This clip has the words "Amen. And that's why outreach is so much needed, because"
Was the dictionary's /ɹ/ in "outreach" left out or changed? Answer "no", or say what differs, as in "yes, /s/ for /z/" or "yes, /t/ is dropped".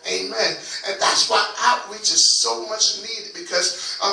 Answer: yes, /w/ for /ɹ/